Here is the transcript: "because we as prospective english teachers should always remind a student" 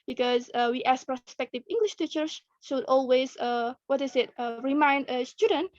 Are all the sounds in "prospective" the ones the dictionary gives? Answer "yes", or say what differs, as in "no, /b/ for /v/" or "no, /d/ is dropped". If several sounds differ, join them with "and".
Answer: yes